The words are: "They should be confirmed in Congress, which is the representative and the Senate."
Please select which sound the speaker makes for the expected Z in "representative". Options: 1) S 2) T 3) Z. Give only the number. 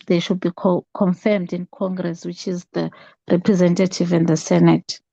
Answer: 3